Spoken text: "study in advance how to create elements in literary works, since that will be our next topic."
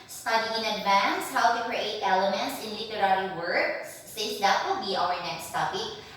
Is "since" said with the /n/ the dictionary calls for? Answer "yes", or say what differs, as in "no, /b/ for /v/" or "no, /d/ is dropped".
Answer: no, /n/ is dropped